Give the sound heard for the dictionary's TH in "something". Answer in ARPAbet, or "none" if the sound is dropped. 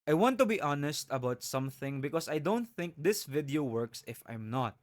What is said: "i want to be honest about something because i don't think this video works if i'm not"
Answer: TH